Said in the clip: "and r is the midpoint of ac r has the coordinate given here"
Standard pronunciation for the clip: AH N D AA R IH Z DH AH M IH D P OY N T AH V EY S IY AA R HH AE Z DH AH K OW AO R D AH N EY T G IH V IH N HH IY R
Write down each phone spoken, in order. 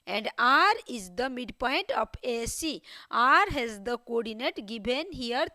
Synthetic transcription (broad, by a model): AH N D AA R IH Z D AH M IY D P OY N T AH P EY S IY AA R HH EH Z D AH K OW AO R D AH N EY T G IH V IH N HH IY R